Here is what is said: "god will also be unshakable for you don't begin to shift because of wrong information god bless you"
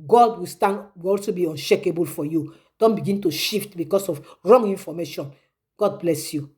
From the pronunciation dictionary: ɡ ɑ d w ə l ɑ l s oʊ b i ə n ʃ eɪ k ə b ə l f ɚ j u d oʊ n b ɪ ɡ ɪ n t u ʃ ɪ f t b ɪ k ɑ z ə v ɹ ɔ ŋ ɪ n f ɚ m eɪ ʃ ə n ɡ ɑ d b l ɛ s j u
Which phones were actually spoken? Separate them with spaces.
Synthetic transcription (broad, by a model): ɡ ɑ d w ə w ɑ l s oʊ b i ə n ʃ eɪ k ə b ə l f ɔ j u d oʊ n b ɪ ɡ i n t u ʃ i f t b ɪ k ɑ s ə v ɹ ɔ ŋ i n f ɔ m eɪ ʃ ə n ɡ ɑ d b l ɛ s j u